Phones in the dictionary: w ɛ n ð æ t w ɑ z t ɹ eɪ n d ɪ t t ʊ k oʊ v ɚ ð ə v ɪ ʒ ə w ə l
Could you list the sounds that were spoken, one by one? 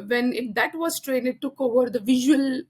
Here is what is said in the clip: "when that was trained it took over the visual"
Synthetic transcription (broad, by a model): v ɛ n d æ t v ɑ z t ɹ eɪ n ɪ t t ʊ k oʊ v ɚ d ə v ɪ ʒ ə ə l